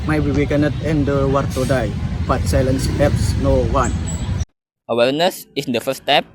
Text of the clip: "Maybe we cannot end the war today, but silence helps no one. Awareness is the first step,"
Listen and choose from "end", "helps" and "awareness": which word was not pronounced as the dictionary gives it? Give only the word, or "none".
helps